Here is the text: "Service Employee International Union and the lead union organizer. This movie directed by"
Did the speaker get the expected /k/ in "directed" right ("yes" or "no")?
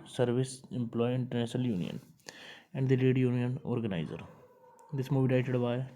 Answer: no